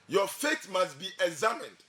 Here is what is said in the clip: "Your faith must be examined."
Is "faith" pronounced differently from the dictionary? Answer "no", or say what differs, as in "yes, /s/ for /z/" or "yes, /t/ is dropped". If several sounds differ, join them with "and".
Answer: yes, /t/ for /θ/